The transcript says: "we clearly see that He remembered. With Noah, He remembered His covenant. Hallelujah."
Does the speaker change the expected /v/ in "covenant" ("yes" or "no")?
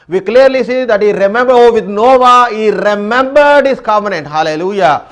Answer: yes